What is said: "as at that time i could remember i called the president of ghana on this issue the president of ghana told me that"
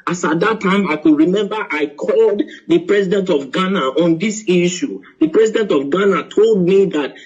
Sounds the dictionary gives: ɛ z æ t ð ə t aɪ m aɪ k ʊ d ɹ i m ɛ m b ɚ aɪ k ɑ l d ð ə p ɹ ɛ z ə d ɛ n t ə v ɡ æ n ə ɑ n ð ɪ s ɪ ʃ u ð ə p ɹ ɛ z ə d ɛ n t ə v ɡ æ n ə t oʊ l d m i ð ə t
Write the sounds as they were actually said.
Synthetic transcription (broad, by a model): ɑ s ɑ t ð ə t aɪ m aɪ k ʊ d ɹ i m ɛ m b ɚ aɪ k ɑ l d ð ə p ɹ ɛ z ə d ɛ n t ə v ɡ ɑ n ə ɑ n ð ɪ s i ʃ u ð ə p ɹ ɛ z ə d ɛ n t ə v ɡ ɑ n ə t oʊ l d m i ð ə t